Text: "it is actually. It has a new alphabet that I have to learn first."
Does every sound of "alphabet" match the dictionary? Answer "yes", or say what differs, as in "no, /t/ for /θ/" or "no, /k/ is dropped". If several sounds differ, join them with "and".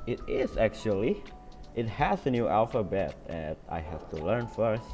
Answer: yes